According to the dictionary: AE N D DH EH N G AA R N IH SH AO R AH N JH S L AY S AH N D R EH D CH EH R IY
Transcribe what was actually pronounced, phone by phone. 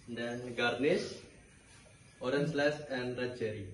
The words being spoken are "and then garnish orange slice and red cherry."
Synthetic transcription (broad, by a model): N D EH N G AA R N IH S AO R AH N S L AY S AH N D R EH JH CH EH R IY